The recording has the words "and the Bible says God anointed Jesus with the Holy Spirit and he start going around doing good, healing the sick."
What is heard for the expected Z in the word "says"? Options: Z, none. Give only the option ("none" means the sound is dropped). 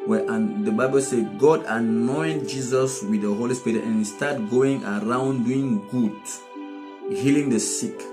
none